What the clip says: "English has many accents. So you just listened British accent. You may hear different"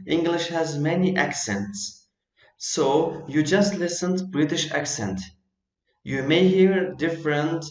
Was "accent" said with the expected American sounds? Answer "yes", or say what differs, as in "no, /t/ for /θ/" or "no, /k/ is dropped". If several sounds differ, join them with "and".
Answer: yes